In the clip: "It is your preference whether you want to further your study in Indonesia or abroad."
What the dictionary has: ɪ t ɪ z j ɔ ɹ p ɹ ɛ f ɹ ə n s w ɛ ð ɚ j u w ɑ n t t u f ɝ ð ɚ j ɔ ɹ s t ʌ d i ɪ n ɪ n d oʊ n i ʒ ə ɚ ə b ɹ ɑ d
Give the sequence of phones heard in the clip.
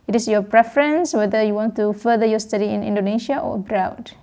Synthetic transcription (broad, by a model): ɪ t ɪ s j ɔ p ɹ ɛ f ɹ ə n s w ɛ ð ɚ j u w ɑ n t t u f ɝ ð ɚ j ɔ s t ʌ d i ɪ n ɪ n d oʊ n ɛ ʃ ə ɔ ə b ɹ ɑ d